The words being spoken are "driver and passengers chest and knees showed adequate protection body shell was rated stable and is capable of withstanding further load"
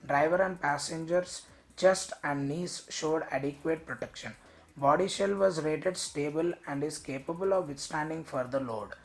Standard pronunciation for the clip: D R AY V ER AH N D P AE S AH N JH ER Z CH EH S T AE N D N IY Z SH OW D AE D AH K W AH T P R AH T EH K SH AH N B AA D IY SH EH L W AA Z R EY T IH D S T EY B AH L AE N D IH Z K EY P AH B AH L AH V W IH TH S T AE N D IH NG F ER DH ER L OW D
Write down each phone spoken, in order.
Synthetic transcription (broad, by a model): D R AY V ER AH N D P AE S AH N JH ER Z CH EH S T AE N D N IY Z SH OW D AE D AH K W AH T P R AH T EH K SH AH N B AA D IY SH EH L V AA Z R EY T IH D S T EY B AH L AE N D IH Z K EY P AH B AH L AH V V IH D S T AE N D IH NG F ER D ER L OW D